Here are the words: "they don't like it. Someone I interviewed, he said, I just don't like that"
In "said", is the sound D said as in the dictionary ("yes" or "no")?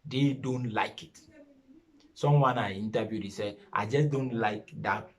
no